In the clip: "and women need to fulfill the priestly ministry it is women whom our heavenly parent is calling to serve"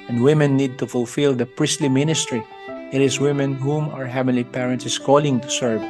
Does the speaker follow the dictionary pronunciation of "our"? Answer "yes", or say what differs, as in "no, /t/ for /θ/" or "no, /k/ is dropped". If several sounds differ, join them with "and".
yes